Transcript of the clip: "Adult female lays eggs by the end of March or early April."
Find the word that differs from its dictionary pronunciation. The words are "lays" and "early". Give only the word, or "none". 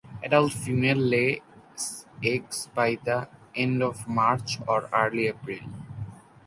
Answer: lays